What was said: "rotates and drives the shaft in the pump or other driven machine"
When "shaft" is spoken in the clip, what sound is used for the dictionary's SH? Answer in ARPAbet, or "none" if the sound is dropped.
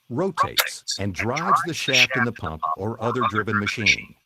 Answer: SH